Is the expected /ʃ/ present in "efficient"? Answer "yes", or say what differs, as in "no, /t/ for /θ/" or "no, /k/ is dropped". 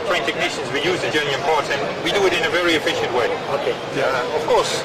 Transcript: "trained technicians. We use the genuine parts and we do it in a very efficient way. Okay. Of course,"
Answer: yes